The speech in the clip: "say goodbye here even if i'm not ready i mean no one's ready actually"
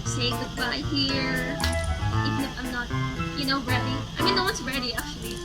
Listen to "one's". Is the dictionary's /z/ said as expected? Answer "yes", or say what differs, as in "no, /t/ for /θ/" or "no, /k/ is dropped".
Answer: no, /s/ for /z/